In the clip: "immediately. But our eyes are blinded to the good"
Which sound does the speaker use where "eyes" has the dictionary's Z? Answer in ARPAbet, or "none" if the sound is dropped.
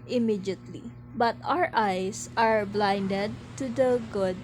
S